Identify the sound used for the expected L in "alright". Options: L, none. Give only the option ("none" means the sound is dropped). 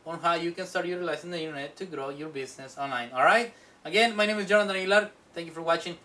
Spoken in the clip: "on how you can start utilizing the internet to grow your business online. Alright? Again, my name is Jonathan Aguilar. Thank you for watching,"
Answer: L